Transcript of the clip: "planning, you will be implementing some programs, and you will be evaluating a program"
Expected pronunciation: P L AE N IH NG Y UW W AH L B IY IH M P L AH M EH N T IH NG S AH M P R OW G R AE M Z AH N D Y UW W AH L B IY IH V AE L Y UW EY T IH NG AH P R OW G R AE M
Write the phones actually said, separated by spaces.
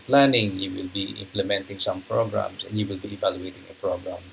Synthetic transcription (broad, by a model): P L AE N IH NG Y UW W AH L B IY IH M P L AH M EH N T IH NG S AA M P R OW G R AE M S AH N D Y UW W AH L B IY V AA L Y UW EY T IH NG AH P R OW G R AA M